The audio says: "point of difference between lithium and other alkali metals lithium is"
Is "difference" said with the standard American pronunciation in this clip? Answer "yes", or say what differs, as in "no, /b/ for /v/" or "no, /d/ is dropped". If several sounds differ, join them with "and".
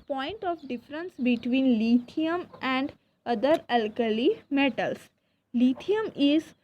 yes